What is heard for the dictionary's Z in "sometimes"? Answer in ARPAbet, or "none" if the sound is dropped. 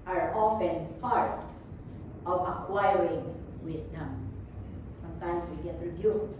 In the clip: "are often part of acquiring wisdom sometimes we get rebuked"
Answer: S